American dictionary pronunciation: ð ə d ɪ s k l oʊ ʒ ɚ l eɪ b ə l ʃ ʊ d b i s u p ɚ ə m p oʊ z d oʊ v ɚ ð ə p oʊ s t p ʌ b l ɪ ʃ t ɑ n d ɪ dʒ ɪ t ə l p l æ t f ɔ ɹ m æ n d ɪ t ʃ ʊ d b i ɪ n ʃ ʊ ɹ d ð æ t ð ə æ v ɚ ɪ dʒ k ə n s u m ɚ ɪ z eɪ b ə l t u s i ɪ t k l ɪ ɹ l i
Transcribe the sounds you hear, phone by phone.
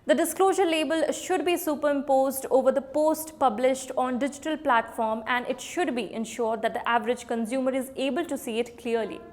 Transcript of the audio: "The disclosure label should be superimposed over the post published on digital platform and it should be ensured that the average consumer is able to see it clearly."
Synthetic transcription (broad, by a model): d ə d ɪ s k l oʊ ʒ ɚ l eɪ b ə l ʃ ʊ d b i s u p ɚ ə m p oʊ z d oʊ v ɚ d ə p oʊ s t p ʌ b l ɪ ʃ t ɑ n d ɪ dʒ ɪ t ə l p l æ t f ɔ ɹ m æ n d ɪ t ʃ ʊ d b i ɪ n ʃ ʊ ɹ d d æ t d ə æ v ɚ ɪ dʒ k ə n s u m ɚ ɪ z eɪ b ə l t u s i ɪ t k l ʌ ɹ l i